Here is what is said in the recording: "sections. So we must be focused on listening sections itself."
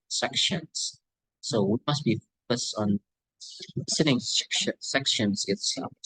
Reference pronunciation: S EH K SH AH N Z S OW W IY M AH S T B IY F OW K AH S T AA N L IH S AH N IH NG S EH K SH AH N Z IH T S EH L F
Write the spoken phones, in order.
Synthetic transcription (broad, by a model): S EH K SH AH N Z S OW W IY M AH S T B IY F OW K AH S T N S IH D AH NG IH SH S EH K SH AH N Z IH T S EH